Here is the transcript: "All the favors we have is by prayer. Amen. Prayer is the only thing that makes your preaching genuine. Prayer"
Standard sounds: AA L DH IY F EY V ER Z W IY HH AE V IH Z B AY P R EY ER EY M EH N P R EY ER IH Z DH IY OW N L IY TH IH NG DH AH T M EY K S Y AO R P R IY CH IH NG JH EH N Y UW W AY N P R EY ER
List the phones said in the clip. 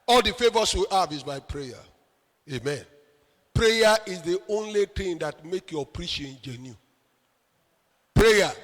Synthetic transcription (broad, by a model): AA L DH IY F EY V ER S W IY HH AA V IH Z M AY P R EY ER EY M EH N P R EY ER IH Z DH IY OW N L IY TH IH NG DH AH T M EY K Y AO P R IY SH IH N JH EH N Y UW P R EY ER